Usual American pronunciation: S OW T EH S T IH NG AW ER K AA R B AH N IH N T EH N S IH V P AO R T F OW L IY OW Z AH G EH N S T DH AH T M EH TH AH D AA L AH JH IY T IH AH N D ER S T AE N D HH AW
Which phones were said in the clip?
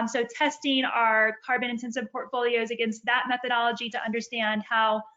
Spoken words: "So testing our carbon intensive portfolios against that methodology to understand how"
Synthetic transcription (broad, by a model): S OW T EH S T IH NG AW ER K AA R B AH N IH N T EH N S IH V P AO R T F OW L IY OW Z AH G EH N S T DH AH T M EH TH AH D AA L AH JH IY T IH AH N D ER S T AE N D HH AW